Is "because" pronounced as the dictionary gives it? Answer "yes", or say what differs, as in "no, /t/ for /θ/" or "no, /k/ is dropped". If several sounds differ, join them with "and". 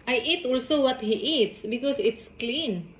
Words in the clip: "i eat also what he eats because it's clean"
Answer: no, /s/ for /z/